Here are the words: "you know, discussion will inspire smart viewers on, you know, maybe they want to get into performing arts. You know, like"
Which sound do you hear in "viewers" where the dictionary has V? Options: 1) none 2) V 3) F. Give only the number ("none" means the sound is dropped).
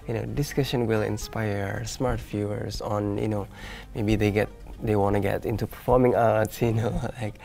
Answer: 3